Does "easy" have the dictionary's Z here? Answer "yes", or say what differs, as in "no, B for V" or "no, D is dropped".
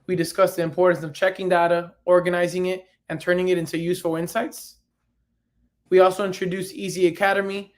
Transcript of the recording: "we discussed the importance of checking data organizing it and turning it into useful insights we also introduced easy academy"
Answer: yes